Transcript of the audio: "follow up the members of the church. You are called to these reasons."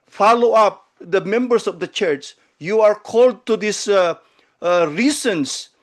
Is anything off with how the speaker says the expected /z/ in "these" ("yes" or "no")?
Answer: yes